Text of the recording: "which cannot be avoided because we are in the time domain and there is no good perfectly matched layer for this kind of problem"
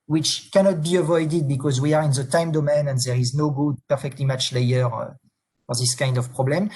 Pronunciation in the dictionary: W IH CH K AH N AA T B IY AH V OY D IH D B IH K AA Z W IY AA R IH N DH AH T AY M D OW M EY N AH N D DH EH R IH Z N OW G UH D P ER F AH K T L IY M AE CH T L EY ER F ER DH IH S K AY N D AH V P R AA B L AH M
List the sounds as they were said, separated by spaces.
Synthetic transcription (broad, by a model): W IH CH K AH N AA T B IY AH V OY D IH D B IH K AA Z W IY AA R IH N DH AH T AY M D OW M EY N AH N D DH EH R IH Z N OW G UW D P ER F AH K T L IY M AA CH L EY ER F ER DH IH S K AY N D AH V P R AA B L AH M